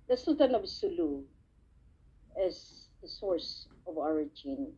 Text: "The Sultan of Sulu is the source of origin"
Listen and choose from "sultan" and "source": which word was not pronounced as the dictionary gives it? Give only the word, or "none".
sultan